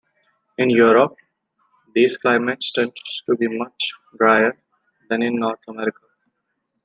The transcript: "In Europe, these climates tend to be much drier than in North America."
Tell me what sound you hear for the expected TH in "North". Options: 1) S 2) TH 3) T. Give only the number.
3